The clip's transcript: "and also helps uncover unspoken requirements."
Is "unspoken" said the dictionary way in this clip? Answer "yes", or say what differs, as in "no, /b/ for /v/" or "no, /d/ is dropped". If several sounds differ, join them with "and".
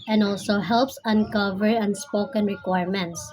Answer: yes